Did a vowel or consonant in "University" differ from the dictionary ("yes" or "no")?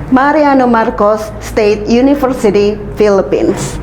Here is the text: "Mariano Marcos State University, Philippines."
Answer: yes